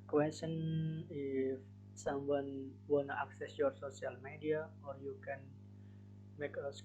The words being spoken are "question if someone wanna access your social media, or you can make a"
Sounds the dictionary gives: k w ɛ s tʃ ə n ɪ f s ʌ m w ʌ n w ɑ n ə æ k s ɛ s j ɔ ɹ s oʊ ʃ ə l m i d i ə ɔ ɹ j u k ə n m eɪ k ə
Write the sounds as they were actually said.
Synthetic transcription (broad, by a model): k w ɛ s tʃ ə n ɪ f s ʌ m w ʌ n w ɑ n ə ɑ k s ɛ s j ɔ ɹ s oʊ s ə l m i d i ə ɔ ɹ j u k ə n m eɪ k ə